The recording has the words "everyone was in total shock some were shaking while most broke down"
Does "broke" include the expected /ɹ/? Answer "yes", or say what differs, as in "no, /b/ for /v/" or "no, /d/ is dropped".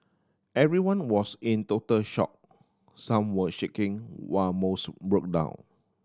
yes